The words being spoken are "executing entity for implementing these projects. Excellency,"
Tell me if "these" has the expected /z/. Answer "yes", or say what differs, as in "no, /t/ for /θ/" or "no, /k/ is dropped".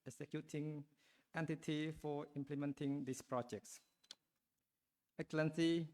no, /s/ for /z/